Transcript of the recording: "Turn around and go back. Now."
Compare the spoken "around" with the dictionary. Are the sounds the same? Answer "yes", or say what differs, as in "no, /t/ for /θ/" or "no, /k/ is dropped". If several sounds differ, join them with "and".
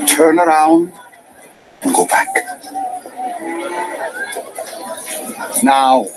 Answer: yes